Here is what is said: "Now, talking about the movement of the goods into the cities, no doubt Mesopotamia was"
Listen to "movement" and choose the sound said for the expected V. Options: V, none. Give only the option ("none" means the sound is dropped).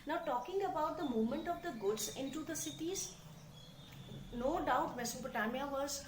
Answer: none